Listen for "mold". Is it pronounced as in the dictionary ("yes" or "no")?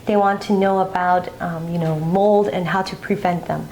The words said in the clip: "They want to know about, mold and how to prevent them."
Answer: yes